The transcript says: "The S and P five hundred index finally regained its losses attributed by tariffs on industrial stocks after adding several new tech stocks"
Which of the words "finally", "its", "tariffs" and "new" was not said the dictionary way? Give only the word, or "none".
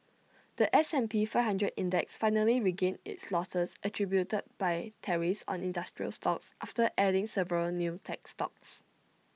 tariffs